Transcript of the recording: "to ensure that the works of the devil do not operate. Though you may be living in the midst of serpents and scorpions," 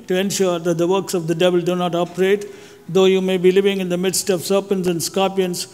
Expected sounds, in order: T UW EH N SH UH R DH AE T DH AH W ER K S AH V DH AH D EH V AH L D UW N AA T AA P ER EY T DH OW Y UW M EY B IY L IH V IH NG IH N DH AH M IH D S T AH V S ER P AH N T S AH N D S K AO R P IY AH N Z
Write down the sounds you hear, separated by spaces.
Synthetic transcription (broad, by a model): T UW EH N SH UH R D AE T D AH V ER K S AH V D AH D EH V AH L D UW N AA T AA P ER EY T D OW Y UW M EY B IY L IH V IH NG IH N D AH M IH D S T AH V S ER P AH N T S AH N D S K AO P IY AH N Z